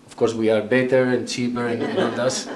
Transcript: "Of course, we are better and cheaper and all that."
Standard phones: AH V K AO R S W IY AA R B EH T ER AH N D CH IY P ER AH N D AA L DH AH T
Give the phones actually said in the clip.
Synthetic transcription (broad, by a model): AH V K AO R S W IY AA R B EH T ER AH N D CH IY P ER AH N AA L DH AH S